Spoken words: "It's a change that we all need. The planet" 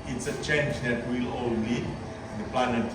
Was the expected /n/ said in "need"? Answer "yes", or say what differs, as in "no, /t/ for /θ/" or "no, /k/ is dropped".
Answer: no, /l/ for /n/